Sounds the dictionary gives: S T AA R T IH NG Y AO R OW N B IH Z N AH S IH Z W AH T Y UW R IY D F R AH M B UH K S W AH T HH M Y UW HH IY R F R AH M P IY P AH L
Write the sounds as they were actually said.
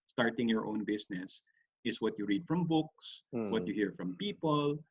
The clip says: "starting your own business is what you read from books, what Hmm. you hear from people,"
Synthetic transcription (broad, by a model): S T AA R T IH NG Y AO R OW N B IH S N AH S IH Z W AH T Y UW R IY D F R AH M B UH K S W AH T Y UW HH IY R F R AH M P IY P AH L